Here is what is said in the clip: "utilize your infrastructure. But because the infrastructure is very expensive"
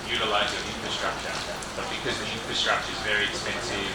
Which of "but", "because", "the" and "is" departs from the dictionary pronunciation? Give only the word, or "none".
none